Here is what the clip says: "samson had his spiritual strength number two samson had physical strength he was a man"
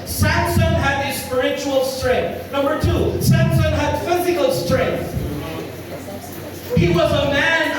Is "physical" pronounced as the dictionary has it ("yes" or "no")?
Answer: yes